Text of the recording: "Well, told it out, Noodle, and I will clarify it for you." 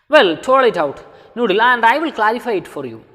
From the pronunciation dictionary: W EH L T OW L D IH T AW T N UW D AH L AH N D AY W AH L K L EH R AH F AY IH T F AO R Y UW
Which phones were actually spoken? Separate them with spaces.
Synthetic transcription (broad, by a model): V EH L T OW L IH T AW T N UW D AH L AH N D AY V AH L K L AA R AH F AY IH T F AO R Y UW